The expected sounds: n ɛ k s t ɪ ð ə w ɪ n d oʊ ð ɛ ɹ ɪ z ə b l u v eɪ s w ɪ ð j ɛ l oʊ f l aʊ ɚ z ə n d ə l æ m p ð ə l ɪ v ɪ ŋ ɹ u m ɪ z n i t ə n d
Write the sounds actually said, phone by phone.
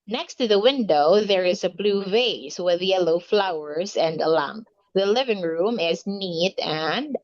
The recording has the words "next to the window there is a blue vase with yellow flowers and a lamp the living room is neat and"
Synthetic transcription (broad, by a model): n ɛ k s t ɪ ð ə w ɪ n d oʊ ð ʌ ɹ ɪ z ə b l u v eɪ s w ɪ ð j ɛ l oʊ f l aʊ ɚ z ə n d ə l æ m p ð ə l ɪ v ɪ ŋ ɹ u m ɪ z n i t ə n